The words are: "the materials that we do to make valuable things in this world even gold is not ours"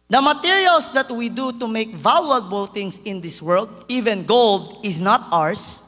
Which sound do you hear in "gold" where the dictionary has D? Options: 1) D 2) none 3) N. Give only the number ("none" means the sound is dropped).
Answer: 1